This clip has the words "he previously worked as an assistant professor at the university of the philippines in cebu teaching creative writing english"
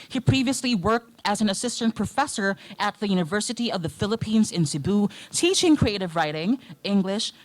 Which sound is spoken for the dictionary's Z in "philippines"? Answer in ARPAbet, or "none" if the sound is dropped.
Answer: Z